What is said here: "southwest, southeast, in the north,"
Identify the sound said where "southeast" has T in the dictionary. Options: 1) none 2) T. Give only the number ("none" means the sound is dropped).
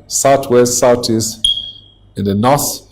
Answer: 1